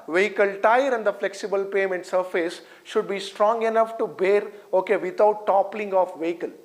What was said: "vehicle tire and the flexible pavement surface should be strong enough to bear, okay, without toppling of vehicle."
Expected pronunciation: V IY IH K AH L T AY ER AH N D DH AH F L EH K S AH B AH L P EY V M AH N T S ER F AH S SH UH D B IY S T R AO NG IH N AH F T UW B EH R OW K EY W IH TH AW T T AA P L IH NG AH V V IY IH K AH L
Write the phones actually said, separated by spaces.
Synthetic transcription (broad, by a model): V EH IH K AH L T AY ER AH N D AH F L EH K S AH B AH L P EY M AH N T S ER F AH S SH UH D B IY S T R AO NG IH N AH F T UW B EH R OW K EY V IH T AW T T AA P L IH NG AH F V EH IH K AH L